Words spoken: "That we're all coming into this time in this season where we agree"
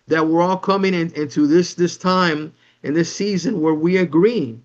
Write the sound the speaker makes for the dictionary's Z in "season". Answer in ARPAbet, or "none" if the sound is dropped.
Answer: Z